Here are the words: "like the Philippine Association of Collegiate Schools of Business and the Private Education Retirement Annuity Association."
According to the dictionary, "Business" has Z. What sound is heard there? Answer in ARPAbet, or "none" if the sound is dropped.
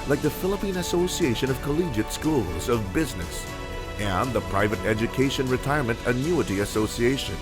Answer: Z